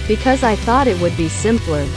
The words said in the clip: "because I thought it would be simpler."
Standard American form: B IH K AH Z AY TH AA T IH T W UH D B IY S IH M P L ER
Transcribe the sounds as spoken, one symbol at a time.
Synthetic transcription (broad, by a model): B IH K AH Z AY TH AA T IH T W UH D B IY S IH M P L ER